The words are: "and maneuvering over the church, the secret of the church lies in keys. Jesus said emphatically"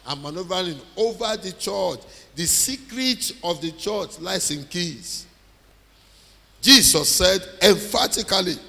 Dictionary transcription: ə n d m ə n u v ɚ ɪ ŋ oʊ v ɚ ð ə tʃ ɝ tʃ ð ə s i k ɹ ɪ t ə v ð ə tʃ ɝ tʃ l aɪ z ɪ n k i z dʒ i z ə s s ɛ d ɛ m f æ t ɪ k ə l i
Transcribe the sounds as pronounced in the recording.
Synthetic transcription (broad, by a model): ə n m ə n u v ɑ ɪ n oʊ v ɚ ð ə tʃ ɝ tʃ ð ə s i k ɹ ɪ t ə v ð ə tʃ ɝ tʃ l aɪ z ɪ n k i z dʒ i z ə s s ɛ d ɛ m f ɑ t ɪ k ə l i